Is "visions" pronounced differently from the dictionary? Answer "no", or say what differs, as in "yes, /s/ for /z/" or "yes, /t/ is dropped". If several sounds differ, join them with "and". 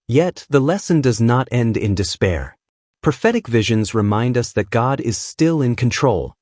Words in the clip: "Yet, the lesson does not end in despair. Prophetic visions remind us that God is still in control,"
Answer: no